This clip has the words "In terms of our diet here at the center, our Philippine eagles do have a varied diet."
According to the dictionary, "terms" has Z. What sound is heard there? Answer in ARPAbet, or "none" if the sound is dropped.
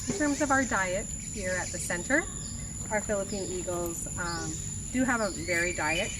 Z